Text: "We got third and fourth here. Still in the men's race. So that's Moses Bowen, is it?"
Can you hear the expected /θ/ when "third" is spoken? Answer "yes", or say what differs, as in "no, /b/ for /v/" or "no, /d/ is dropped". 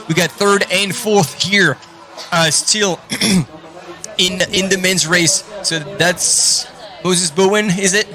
yes